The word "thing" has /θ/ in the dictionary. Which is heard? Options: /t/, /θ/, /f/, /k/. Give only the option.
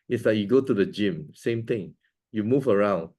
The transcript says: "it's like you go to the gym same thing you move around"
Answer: /t/